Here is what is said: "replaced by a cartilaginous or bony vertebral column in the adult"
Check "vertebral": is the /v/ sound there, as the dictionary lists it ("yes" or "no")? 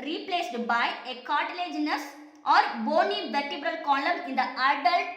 yes